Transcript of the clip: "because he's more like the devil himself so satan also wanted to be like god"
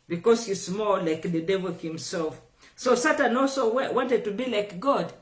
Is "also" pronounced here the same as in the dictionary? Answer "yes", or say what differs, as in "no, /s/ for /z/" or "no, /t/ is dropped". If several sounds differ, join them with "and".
yes